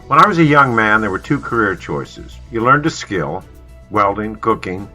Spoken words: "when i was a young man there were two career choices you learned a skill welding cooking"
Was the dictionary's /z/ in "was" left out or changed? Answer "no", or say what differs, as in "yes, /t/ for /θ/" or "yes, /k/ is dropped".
no